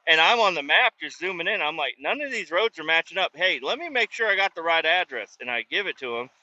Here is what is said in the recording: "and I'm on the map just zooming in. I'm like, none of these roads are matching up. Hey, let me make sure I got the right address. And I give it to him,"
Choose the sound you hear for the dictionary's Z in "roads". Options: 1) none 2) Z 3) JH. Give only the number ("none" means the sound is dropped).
2